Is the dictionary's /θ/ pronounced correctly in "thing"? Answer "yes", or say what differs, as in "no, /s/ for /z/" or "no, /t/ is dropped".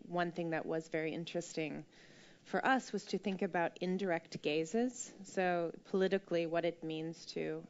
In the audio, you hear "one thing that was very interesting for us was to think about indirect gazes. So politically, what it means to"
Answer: yes